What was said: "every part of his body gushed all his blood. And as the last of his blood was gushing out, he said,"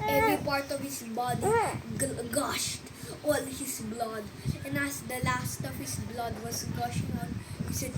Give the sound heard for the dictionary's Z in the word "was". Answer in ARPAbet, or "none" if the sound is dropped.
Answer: S